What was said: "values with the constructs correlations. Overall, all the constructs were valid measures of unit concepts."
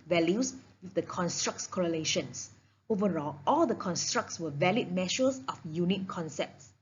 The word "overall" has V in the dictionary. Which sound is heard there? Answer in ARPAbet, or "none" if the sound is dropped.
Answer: V